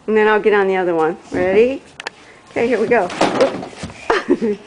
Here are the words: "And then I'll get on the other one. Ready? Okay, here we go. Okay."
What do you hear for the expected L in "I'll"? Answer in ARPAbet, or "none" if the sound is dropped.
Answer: L